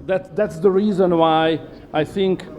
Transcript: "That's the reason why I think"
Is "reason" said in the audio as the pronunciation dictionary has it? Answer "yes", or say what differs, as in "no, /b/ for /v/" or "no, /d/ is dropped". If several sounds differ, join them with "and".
yes